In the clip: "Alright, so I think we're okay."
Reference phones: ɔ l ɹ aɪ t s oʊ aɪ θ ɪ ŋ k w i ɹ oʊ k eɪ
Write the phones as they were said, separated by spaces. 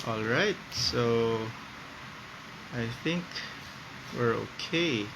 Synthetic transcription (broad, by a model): ɔ l ɹ aɪ t s oʊ aɪ θ ɪ ŋ k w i ɹ oʊ k eɪ